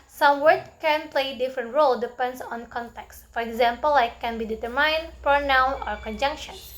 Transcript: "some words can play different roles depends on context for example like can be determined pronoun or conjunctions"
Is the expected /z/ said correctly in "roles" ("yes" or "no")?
no